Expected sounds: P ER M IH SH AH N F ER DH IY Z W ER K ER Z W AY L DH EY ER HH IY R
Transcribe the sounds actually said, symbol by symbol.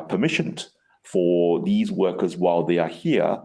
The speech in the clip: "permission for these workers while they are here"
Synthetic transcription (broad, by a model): P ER M IH SH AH N F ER DH IY Z W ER K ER Z W AY L DH EY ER HH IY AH